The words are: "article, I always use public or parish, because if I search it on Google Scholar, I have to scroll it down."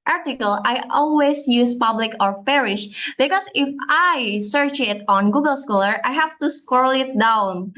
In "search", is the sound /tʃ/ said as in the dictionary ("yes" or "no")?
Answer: yes